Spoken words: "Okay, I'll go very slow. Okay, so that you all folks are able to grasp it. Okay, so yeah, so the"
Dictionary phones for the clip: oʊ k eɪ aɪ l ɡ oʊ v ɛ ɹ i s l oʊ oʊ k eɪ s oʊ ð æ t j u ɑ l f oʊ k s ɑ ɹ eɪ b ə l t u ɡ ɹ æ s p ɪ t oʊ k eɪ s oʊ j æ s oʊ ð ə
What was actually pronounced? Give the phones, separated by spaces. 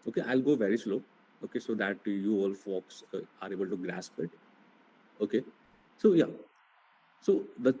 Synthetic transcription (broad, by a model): oʊ k eɪ aɪ l ɡ oʊ v ɛ ɹ i s l oʊ oʊ k eɪ s oʊ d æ t j u ɑ l f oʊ k s ɑ ɹ eɪ b ə l t u ɡ ɹ æ s p ɪ t oʊ k eɪ s oʊ j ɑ s oʊ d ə